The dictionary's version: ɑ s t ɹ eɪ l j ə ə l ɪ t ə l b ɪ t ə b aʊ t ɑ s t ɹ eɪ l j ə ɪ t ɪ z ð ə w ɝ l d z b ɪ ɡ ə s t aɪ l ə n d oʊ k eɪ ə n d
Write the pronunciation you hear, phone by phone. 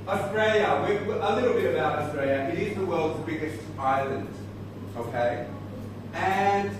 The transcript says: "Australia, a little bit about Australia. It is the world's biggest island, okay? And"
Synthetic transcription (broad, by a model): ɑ s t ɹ eɪ l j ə ə l ɪ t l b ɪ t ə b aʊ t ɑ s t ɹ eɪ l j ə ɪ t ɪ z ð ə w ɝ l d z b ɪ ɡ ə s t aɪ l ə n d oʊ k eɪ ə n